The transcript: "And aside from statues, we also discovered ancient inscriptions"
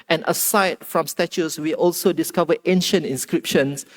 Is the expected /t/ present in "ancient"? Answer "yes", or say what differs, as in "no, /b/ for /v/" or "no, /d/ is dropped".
yes